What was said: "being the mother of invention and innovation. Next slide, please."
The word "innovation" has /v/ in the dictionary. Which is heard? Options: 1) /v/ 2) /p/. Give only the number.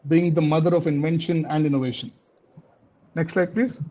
1